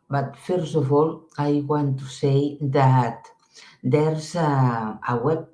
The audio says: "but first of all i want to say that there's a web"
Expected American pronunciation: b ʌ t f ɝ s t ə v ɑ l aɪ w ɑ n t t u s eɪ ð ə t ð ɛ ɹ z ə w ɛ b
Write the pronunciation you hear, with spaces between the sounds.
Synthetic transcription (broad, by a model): b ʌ t f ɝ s ə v ɑ l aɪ w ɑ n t t u s eɪ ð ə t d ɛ ɹ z ə w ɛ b